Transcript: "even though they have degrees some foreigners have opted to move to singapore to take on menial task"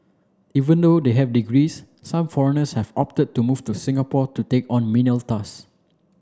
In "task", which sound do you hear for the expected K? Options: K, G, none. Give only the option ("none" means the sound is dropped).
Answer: none